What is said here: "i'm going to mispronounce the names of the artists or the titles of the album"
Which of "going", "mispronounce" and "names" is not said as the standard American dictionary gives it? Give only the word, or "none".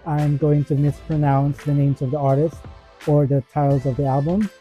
none